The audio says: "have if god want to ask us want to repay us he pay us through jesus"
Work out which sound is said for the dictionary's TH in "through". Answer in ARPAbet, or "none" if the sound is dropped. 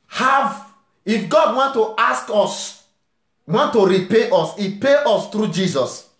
T